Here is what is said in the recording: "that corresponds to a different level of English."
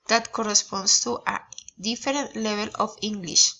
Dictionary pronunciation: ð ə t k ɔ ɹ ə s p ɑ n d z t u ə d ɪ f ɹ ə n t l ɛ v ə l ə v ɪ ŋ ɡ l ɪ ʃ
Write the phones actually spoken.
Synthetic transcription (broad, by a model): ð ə t k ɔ ɹ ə s p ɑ n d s t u ə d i f ɹ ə n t l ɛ b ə l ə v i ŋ ɡ l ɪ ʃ